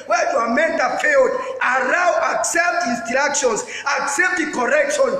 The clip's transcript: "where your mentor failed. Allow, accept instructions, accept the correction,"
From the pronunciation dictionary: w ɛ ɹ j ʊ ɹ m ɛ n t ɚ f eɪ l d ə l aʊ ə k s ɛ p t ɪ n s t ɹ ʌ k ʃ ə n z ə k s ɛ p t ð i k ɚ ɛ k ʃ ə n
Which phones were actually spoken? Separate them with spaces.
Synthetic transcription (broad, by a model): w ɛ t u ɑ m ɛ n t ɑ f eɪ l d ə n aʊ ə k s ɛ p t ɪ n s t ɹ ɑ k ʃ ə n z ə k s ɛ p t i k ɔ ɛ k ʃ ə n